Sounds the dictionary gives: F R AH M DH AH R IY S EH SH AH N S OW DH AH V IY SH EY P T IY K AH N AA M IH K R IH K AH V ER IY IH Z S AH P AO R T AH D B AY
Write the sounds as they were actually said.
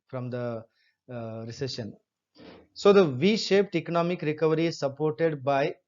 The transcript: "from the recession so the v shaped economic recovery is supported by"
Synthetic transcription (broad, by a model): F R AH M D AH R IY S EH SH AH N S OW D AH V IY SH EY P T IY K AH N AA M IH K R IH K AH V ER IY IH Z S AH P AO R T AH D B AY